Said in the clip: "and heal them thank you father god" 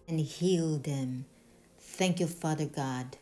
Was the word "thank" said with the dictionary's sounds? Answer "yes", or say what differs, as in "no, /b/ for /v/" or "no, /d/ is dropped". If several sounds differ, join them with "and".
yes